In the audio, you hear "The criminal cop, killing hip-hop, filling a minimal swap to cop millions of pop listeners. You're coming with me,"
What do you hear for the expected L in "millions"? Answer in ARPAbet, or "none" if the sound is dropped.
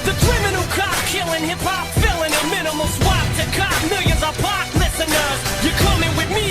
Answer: none